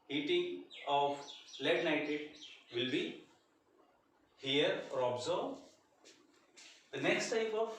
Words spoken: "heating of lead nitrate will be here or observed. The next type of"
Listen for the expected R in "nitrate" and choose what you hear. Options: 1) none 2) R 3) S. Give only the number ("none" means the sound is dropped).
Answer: 1